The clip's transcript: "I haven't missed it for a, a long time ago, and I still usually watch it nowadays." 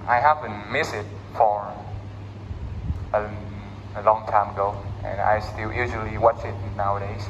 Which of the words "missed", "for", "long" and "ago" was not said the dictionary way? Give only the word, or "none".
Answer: missed